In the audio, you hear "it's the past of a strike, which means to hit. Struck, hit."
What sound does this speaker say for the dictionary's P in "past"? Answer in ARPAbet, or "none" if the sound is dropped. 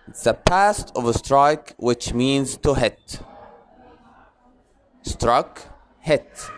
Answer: P